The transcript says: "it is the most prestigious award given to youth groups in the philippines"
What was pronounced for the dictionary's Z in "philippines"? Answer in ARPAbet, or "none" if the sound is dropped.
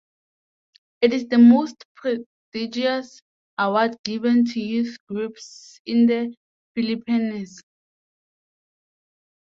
S